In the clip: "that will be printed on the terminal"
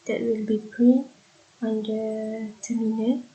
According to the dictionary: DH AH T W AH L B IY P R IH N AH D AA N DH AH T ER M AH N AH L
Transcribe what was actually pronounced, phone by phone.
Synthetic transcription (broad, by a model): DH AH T W AH L B IY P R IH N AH AA N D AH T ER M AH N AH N